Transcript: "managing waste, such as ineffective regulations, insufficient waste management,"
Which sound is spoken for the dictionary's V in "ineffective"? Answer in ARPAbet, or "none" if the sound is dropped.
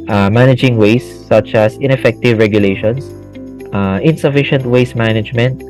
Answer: V